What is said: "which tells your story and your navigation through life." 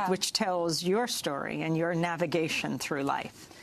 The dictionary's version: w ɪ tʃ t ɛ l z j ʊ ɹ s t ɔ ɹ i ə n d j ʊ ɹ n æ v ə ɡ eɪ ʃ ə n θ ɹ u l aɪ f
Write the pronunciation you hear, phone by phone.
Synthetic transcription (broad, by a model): w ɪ tʃ t ɛ l z j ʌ ɹ s t ɔ ɹ i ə n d j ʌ ɹ n æ v ə ɡ eɪ ʃ ə n θ ɹ u l aɪ f